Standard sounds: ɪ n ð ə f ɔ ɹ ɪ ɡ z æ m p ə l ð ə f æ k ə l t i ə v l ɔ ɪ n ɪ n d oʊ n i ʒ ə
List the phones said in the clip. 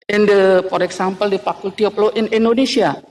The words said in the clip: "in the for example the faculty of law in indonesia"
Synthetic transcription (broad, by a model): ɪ n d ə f ɔ ɹ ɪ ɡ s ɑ m p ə l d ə f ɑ k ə l t i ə p l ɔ ɪ n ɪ n d oʊ n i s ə